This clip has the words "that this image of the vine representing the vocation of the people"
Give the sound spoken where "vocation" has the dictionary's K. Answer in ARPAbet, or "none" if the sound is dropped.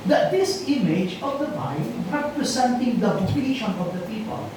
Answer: none